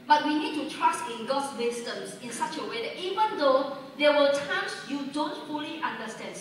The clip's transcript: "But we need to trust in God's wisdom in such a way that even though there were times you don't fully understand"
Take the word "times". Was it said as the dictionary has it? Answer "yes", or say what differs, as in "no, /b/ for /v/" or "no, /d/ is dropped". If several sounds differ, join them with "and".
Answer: no, /s/ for /z/